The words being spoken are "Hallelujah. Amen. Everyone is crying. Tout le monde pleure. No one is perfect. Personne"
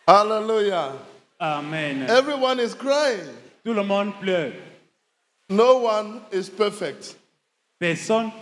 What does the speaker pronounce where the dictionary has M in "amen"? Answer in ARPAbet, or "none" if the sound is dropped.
M